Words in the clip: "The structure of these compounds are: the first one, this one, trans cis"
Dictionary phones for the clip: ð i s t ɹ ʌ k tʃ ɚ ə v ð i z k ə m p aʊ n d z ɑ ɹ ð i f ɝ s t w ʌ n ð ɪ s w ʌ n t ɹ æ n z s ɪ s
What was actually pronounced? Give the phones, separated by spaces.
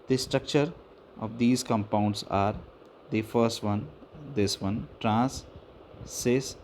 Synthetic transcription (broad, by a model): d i s t ɹ ʌ k tʃ ɚ ə v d i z k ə m p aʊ n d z ɑ ɹ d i f ɝ s t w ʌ n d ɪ s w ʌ n t ɹ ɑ n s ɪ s